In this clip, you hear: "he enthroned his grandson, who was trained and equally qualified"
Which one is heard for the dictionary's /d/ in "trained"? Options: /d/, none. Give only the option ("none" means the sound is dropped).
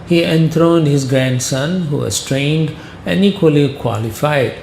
/d/